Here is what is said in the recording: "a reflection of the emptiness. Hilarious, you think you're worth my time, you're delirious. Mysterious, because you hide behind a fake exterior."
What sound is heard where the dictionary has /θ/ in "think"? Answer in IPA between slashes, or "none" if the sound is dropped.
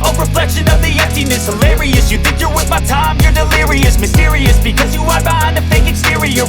/θ/